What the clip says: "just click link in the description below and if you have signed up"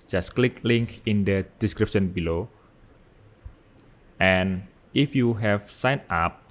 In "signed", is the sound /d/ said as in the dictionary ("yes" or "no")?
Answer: no